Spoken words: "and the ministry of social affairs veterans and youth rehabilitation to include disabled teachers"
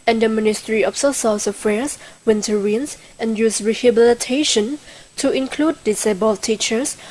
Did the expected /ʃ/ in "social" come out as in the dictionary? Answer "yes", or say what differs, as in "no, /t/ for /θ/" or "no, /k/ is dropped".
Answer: no, /s/ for /ʃ/